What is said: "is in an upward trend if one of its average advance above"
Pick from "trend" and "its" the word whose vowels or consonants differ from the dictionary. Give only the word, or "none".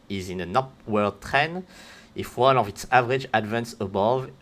trend